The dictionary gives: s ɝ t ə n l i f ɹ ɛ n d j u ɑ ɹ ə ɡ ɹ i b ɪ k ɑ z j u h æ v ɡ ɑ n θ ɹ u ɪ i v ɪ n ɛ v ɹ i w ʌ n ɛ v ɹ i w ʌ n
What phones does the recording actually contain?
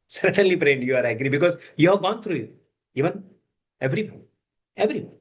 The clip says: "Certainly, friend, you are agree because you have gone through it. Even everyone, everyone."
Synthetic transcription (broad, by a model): s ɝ t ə n l i p ɹ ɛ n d j u ɑ ɹ ə ɡ ɹ i b ɪ k ɑ z j u h æ v ɡ ɑ n t ɹ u ɪ i v ɪ n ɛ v ɹ i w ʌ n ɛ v ɹ i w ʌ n